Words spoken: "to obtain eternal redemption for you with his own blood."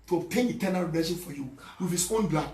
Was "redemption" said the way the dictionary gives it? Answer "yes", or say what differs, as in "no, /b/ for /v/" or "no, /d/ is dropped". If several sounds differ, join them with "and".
no, /m/ is dropped